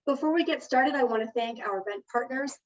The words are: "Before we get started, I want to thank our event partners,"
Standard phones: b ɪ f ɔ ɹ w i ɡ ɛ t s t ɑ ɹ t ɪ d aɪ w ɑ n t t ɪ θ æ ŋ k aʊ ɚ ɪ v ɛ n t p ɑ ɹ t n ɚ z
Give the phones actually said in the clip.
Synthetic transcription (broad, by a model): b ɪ f ɔ ɹ w i ɡ ɛ t s t ɑ ɹ t ɪ d aɪ w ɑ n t t ɪ θ æ ŋ k aʊ ɚ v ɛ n p ɑ ɹ t n ɚ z